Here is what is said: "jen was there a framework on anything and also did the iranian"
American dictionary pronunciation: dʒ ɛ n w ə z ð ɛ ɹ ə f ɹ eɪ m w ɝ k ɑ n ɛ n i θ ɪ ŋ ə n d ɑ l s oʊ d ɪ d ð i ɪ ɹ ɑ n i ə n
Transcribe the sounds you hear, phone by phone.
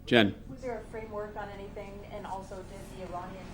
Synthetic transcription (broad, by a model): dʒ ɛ n w ə z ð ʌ ɹ ə f ɹ eɪ m w ɝ k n ɛ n i θ ɪ ŋ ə n ɑ l s oʊ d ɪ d ð i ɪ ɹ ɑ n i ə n